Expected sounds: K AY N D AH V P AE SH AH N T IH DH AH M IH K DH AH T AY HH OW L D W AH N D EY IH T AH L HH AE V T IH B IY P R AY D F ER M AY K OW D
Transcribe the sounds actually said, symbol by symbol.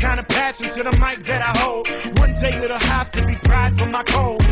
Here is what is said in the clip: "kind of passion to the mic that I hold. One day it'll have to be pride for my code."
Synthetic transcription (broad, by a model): AY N D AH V P AE S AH N T IH DH AH M IH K DH AH T AY HH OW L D W AH N D EY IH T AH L HH AE F T IH B IY P R AY D F ER M AY K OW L